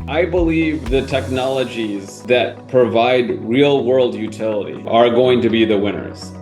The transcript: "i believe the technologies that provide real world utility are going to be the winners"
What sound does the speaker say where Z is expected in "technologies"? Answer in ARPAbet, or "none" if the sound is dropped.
Z